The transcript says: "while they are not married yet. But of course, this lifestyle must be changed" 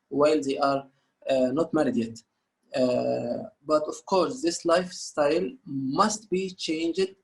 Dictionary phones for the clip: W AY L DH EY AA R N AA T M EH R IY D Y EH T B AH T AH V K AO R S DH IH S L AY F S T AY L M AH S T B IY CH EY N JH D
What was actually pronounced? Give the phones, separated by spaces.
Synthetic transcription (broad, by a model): W AY L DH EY AA R N AA T M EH R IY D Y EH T B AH T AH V K AO R S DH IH S L AY F S T AY L M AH S T B IY CH EY N JH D